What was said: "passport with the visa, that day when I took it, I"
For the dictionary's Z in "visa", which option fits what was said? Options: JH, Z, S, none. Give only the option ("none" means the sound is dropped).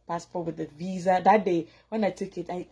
Z